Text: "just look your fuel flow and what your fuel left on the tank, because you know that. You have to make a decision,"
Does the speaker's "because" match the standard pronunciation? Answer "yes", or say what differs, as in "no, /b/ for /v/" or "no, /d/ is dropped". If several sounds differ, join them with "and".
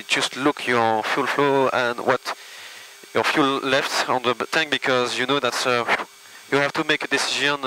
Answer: yes